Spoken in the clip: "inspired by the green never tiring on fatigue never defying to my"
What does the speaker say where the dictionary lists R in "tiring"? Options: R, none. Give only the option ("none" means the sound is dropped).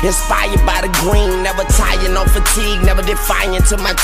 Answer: none